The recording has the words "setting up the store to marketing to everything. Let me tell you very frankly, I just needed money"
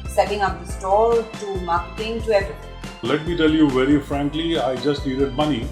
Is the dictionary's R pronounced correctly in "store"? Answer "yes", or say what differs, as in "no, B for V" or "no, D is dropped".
no, L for R